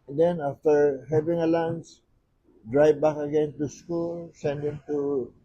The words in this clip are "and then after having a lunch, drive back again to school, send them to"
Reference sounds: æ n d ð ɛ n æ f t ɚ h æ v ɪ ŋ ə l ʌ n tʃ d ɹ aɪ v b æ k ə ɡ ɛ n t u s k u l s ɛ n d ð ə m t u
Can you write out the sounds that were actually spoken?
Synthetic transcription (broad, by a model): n d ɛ n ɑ f t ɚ h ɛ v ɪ ŋ ə l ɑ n s d ɹ aɪ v b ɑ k ə ɡ ɛ n t u s k u l s ɛ n d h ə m t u